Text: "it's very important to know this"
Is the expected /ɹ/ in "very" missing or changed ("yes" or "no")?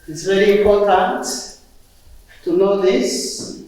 yes